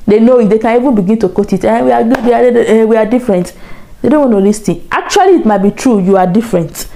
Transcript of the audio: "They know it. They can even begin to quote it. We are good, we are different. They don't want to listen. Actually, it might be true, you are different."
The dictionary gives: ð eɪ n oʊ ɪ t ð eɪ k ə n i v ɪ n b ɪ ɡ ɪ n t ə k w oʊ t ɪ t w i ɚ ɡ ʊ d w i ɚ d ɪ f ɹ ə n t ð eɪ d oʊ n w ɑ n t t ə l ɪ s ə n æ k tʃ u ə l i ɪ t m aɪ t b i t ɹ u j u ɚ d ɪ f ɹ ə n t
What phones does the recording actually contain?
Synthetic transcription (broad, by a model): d eɪ n oʊ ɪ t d eɪ k ə n i v ɪ n b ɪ ɡ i n t ə k oʊ t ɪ t w i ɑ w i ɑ w i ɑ d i f ɹ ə n t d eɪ d oʊ n w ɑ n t t ə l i s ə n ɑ k tʃ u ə l i t m aɪ t b i t ɹ u j u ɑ d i f ɹ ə n t